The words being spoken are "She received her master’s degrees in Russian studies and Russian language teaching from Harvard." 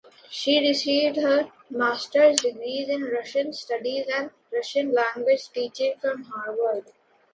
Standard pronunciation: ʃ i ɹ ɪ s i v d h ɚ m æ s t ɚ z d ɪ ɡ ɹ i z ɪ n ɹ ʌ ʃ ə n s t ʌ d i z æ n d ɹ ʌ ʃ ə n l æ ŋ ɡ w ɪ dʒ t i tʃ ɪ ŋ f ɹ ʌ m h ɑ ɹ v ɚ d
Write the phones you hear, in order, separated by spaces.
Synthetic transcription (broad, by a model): ʃ i ɹ ɪ s i v d h ɚ m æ s t ɚ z d ɪ ɡ ɹ i z ɪ n ɹ ʌ ʃ ə n s t ʌ d i z æ n d ɹ ʌ ʃ ə n l æ ŋ ɡ w ɪ dʒ t i tʃ ɪ ŋ f ɹ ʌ m h ɑ ɹ v ɚ d